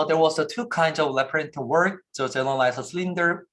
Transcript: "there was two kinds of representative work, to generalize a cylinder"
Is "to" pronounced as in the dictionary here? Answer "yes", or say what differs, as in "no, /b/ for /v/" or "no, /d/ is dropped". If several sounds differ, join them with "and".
no, /s/ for /t/